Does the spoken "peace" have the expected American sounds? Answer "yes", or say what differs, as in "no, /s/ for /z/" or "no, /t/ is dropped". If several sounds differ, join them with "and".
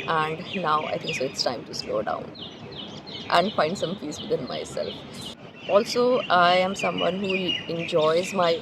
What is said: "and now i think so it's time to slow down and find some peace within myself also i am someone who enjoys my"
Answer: no, /f/ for /p/